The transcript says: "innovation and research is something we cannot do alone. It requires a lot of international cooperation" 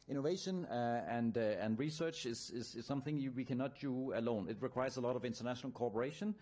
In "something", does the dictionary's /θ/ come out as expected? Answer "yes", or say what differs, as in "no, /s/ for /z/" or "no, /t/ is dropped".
yes